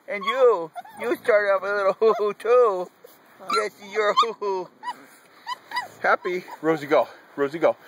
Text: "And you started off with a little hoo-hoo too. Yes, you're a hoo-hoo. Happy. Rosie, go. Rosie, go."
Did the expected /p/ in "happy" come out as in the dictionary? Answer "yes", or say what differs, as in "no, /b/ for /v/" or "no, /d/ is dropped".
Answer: yes